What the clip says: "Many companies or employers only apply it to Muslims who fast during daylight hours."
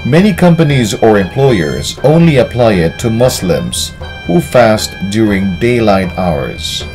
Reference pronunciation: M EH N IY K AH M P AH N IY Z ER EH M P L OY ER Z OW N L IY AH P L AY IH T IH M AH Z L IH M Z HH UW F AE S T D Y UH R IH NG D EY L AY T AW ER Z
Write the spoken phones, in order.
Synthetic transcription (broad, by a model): M EH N IY K AH M P AH N IY Z ER EH M P L OY ER Z OW N L IY AH P L AY IH T IH M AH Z L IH M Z HH UW F AE S T D Y UH R IH NG D EY L AY T AW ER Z